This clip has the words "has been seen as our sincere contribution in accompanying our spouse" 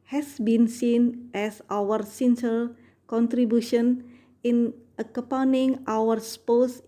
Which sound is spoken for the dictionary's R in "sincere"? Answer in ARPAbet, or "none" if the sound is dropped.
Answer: L